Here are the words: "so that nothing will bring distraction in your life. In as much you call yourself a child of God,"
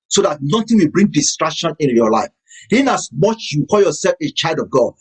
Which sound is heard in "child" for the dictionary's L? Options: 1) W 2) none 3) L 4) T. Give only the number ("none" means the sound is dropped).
3